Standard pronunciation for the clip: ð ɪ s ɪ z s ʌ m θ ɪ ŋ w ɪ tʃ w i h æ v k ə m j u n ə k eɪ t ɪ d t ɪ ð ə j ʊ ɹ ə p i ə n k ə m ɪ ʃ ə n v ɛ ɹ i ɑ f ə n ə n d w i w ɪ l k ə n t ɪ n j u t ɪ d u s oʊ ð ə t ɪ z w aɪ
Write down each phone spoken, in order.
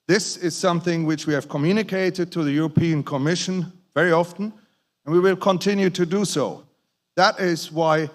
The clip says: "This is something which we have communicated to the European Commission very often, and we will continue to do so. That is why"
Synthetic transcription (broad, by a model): ð ɪ s ɪ z s ʌ m θ ɪ ŋ w ɪ tʃ w i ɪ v k ə m j u n ə k eɪ t ɪ d t ɪ ð ə j ʊ ɹ ə p i ə n k ə m ɪ ʃ ə n v ɛ ɹ i ɑ f ə n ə n w i w ɪ l k ə n t ɪ n j u t ɪ d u s oʊ ð ə t ɪ z w aɪ